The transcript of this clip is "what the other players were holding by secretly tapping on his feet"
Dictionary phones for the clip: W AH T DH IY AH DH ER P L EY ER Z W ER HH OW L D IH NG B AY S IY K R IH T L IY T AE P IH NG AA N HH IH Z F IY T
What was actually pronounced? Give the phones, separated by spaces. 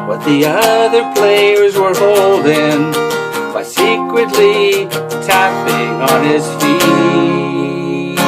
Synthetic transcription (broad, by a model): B AH T DH IY AH DH ER P L EY ER Z W ER HH OW L D IH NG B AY S IY K R IH T L IY T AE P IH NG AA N IH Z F IY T